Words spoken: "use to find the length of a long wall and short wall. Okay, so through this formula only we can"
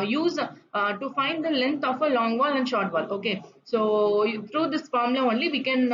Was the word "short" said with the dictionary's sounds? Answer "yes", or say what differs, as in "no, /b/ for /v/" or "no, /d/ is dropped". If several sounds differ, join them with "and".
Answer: yes